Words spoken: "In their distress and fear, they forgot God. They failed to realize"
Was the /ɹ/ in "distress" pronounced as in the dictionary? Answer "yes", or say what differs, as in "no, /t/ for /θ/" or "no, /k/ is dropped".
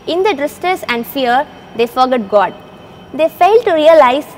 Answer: no, /ɹ/ is dropped